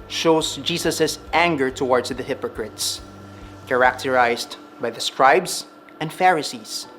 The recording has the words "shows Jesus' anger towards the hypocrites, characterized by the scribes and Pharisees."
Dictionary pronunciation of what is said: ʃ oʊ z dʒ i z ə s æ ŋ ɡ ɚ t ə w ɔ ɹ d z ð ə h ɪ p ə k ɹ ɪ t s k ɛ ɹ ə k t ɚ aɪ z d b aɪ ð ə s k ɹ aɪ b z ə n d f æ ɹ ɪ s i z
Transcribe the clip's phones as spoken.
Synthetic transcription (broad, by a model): ʃ oʊ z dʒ i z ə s æ ŋ ɡ ɚ t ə w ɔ ɹ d s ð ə h ɪ p ə k ɹ ɪ t s k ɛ ɹ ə k t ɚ aɪ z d b aɪ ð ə s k ɹ aɪ b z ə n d f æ ɹ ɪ s i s